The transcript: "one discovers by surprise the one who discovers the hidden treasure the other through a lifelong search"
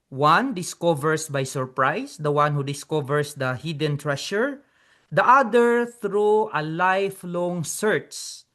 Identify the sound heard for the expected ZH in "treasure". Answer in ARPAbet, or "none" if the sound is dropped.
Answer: SH